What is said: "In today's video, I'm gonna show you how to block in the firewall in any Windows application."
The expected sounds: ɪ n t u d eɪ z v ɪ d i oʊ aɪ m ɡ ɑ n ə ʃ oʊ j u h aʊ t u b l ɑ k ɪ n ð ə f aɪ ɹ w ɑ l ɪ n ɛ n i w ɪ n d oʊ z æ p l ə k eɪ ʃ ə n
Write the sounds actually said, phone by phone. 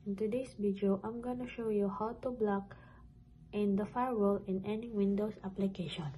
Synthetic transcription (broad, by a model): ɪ n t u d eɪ s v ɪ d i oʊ aɪ m ɡ ɑ n ə ʃ oʊ j u h aʊ t u b l ɑ k ɪ n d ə f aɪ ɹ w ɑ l ɪ n ɛ n i w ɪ n d oʊ s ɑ p l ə k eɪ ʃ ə n